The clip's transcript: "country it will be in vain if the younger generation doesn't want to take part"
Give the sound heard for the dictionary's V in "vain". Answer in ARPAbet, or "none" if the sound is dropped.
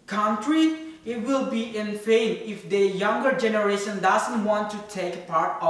F